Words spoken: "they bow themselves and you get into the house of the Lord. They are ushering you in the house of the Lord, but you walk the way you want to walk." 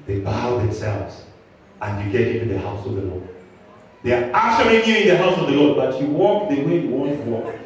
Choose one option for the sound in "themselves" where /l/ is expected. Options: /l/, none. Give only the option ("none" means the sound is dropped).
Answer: /l/